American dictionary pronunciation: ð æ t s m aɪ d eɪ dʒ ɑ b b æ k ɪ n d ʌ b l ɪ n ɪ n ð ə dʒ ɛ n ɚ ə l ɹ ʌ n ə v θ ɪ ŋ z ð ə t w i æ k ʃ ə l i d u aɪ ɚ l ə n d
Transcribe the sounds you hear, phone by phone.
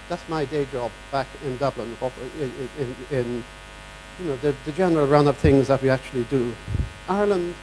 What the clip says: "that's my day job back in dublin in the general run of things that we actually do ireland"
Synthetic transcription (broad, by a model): ð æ t s m aɪ d eɪ dʒ ɑ b b æ k ɪ n d ʌ b l ɪ n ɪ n ð ə dʒ ɛ n ɚ ə l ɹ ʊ n ə v θ ɪ ŋ z ð ə t w i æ k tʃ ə l i d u aɪ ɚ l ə n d